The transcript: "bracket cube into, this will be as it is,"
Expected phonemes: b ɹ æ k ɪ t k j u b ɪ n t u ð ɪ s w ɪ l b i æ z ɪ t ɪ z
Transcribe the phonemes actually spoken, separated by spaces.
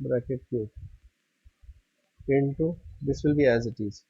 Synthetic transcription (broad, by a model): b ɹ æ k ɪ t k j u ɪ n t u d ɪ s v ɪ l b i æ z ɪ t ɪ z